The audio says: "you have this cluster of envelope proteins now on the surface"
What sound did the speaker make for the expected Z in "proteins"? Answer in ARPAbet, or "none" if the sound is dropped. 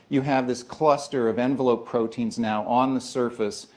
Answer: Z